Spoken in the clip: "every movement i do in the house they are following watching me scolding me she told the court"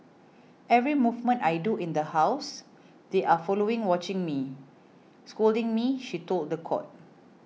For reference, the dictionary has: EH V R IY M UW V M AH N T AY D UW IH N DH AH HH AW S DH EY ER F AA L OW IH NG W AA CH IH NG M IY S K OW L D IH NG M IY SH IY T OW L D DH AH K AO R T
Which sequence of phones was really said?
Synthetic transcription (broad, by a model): EH V R IY M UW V M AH N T AY D UW IH N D AH HH AW S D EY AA F AA L OW IH NG W AA CH IH NG M IY S K OW L D IH NG M IY SH IY T OW L D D AH K AO T